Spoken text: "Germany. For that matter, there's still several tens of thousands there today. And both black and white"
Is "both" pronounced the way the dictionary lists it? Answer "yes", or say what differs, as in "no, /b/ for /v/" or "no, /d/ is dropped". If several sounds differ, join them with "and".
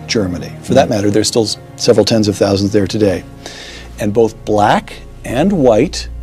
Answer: yes